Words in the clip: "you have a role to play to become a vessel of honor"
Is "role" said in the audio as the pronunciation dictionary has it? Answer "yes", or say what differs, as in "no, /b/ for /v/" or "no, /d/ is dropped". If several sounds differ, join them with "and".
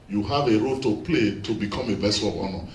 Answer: yes